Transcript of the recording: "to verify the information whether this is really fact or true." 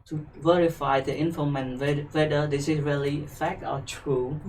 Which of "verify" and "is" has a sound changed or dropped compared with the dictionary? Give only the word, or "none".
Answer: is